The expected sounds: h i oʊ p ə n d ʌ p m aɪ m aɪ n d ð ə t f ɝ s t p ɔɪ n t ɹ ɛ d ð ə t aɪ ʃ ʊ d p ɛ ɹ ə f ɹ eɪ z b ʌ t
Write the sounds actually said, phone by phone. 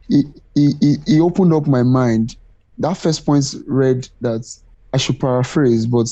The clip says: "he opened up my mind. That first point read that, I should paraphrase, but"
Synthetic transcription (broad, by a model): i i oʊ p ə n d ʌ p m aɪ m aɪ n d ð ə t f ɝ s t p ɔɪ n t ɹ ɛ d ð ə t aɪ ʃ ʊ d p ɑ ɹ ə f ɹ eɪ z b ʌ t